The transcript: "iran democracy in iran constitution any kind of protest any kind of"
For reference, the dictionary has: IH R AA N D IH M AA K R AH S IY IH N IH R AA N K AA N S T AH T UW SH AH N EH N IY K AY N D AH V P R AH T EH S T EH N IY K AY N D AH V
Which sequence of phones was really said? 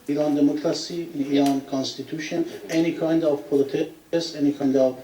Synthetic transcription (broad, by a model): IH R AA N D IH M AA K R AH S IY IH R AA N K AA N S T AH T UW SH AH N EH N IY K AY N D AH V P L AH T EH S EH N IY K AY N D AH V